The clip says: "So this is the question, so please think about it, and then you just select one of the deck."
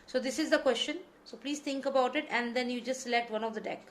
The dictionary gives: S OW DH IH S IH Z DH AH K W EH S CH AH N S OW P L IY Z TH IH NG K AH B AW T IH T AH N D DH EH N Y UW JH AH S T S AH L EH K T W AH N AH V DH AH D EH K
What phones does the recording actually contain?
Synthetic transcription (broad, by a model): S OW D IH S IH Z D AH K W EH S CH AH N S OW P L IY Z T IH NG K AH B AW T IH T AH N D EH N Y UW JH AH S T S AH L EH K T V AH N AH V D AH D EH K